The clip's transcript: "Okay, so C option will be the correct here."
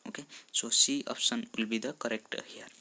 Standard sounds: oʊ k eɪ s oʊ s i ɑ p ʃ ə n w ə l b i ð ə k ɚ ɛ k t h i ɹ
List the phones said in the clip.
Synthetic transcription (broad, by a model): oʊ k eɪ s oʊ s i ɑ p s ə n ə l b i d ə k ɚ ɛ k t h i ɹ